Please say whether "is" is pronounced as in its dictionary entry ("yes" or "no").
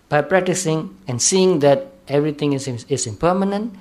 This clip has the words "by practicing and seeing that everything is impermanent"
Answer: no